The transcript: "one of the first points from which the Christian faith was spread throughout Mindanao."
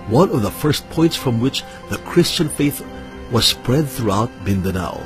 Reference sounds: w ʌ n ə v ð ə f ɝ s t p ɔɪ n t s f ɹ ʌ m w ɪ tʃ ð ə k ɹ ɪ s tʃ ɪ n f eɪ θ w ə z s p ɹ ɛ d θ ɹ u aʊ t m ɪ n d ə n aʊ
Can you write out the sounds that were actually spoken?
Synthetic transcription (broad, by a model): w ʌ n ə v ð ə f ɝ s t p ɔɪ n t s f ɹ ʌ m w ɪ tʃ ð ə k ɹ ɪ s tʃ ɪ n f eɪ θ w ə z s p ɹ ɛ d θ ɹ u aʊ t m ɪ n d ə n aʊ